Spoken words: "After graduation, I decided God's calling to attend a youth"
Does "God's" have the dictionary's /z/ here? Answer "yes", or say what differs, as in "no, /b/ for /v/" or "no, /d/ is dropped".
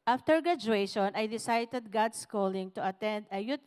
no, /s/ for /z/